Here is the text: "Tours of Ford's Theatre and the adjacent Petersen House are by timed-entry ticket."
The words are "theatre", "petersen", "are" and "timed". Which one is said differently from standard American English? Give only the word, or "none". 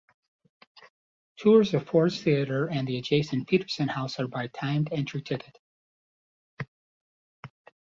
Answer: none